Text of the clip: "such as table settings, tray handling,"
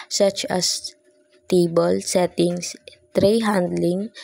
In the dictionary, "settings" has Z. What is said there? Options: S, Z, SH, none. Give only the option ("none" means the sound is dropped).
S